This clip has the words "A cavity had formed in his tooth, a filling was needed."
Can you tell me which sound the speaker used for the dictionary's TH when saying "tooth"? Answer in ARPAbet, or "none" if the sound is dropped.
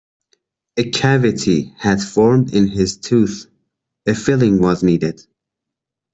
TH